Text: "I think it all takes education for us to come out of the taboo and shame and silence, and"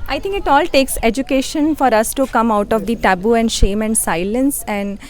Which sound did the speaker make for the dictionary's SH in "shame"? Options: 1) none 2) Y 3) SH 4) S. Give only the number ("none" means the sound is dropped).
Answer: 3